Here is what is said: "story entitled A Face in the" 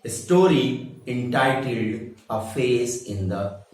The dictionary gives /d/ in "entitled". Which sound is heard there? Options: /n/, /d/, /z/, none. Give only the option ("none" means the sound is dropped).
/d/